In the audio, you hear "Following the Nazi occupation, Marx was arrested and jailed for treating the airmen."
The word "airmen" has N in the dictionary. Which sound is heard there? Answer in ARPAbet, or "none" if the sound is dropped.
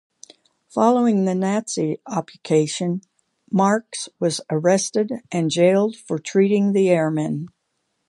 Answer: N